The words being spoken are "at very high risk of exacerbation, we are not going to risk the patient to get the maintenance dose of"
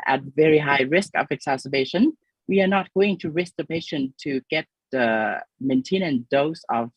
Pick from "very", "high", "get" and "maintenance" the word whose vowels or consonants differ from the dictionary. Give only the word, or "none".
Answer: maintenance